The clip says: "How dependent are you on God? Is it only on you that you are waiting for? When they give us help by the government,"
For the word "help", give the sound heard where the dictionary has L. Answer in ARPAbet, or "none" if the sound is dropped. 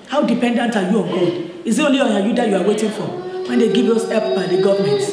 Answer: none